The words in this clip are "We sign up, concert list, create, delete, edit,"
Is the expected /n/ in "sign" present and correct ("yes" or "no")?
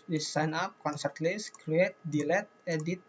yes